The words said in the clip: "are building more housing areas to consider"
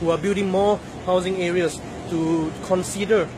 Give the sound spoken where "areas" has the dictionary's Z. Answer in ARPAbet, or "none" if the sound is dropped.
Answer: S